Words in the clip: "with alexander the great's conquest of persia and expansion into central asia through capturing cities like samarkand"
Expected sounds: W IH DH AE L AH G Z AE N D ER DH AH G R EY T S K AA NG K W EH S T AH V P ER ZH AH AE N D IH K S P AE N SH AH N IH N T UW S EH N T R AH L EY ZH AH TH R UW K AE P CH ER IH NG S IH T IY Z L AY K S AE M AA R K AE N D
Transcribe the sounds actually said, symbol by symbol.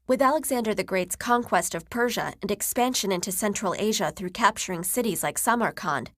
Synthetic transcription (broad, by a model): W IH DH AE L AH G Z AE N D ER DH AH G R EY T S K AA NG K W EH S T AH V P ER ZH AH N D IH K S P AE N SH AH N IH N T UW S EH N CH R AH L EY ZH AH TH R UW K AE P CH ER IH NG S IH T IY Z L AY K S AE M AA R K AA N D